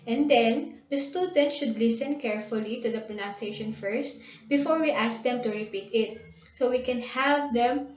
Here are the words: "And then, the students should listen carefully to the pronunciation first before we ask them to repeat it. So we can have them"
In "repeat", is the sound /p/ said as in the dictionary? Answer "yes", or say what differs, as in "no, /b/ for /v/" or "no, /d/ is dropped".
yes